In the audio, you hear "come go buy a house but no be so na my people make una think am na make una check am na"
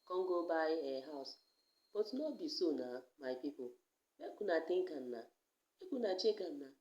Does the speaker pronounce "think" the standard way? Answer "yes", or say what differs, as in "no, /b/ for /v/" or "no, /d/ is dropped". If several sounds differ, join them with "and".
no, /t/ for /θ/